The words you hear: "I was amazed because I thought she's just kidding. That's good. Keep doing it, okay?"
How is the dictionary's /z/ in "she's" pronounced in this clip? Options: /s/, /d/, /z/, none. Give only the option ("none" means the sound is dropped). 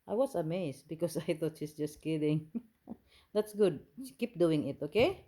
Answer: /s/